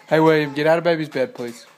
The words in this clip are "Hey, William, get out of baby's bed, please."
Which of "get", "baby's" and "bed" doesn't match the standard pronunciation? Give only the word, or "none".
none